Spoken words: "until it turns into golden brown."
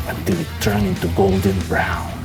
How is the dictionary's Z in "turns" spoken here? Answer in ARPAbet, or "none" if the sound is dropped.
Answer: none